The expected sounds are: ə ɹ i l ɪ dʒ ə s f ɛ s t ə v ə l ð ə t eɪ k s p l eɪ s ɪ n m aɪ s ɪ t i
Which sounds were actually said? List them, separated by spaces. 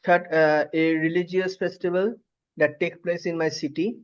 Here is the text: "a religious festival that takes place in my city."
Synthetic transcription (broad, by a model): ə ɹ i l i dʒ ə s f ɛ s t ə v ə l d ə t eɪ k p l eɪ s ɪ n m aɪ s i t i